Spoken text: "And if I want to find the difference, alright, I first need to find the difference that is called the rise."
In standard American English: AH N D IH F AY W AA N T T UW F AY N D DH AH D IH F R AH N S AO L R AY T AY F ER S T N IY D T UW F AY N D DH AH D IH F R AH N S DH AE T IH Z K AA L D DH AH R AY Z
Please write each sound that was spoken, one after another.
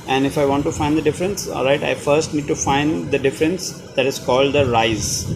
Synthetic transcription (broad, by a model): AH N D IH F AY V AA N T T UW F AY N D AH D IH F R AH N S AO L R AY T AY F ER S T N IY D T UW F AY N D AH D IH F R AH N S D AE T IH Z K AA L D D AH R AY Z